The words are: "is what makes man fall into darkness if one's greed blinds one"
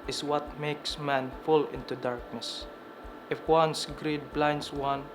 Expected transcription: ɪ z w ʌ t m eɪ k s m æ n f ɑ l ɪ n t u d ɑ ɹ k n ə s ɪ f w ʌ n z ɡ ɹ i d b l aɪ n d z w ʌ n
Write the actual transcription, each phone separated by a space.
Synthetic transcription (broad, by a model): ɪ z w ʌ t m eɪ k s m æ n f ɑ l ɪ n t u d ɑ ɹ k n ə s ɪ f w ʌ n s ɡ ɹ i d b l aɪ n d s w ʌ n